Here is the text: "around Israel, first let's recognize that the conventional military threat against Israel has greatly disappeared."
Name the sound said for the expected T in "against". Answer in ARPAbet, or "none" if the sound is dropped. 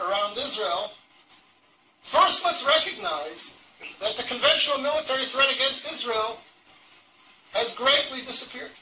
T